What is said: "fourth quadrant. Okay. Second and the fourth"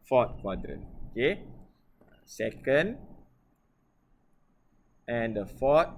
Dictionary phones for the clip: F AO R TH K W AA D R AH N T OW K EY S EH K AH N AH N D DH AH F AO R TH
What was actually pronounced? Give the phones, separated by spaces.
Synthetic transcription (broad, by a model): F AO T K W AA D R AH N OW K EY S EH K AH N AH N D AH F AO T